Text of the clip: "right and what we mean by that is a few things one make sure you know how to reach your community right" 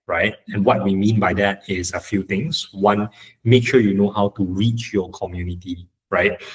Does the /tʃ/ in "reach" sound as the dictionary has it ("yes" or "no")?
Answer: yes